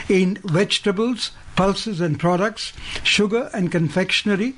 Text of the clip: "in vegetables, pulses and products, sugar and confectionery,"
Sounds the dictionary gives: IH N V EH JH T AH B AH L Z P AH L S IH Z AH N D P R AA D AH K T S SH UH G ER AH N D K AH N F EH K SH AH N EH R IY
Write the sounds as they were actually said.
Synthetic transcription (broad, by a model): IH N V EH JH T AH B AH L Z P AH L S IH Z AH N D P R AA D AH K T S SH UH G ER AH N D K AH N F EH K SH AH N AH R IY